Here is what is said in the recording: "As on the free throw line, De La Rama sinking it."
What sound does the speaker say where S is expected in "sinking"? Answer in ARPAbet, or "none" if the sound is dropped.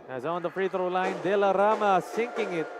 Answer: S